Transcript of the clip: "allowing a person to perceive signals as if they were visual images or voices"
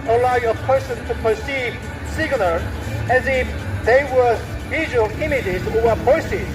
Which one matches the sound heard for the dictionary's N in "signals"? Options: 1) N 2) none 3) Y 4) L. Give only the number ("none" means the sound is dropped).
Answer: 4